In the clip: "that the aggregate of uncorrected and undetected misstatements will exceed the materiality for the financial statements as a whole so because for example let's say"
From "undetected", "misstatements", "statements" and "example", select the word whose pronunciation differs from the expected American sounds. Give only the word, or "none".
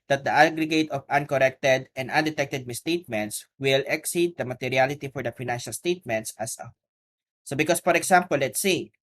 example